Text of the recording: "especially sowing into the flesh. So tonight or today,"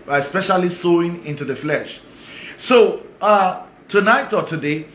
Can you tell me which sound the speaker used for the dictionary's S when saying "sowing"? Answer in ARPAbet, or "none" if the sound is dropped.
S